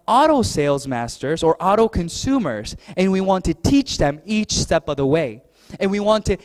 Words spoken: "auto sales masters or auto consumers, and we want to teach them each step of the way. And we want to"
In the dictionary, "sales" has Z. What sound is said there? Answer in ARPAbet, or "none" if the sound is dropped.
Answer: Z